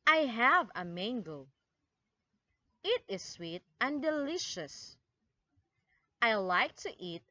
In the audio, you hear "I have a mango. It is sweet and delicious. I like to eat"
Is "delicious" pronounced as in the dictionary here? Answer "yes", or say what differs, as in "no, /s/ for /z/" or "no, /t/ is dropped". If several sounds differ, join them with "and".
yes